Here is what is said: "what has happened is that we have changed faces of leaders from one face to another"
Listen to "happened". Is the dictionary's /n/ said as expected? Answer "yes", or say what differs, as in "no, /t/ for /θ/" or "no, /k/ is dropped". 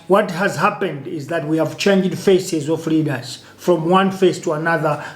yes